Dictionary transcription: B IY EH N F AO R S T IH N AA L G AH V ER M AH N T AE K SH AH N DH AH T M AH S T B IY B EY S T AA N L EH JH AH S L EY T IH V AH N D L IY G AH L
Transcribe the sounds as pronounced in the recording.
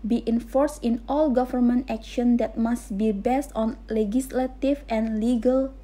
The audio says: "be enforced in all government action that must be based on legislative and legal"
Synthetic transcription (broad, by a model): B IY EH N F AO R S T IH N AA L G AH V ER M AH N T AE K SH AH N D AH T M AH S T B IY B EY S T AA N L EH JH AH S L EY T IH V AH N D L IY G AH L